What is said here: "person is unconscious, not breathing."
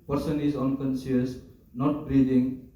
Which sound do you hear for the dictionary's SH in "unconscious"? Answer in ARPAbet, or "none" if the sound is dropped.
S